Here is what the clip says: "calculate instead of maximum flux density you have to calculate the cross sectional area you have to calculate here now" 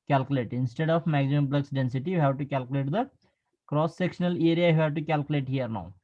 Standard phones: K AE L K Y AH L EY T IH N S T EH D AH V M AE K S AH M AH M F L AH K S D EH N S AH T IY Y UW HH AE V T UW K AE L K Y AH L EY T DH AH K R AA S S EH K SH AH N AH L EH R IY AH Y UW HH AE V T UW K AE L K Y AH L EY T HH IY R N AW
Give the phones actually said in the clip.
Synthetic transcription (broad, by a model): K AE L K Y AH L EY T IH N S T EH D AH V M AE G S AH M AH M P L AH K S D EH N S AH T IY Y UW HH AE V T UW K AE L K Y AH L EY T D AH K R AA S S EH K SH AH N AH L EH R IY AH Y UW HH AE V T UW K AE L K Y AH L EY T HH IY R N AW